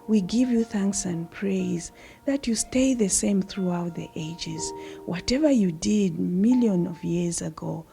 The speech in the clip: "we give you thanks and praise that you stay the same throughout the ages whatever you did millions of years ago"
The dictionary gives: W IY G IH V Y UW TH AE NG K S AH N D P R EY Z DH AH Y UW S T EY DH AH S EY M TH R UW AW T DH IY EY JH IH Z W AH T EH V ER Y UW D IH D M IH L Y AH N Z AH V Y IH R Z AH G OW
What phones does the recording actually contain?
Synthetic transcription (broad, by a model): W IY G IH V Y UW TH AE NG K S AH N P R EY Z DH AH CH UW S T EY DH AH S EY M TH R UW AW T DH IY EY JH IH Z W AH T EH V ER Y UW D IH D M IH L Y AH N AH V Y IH R Z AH G OW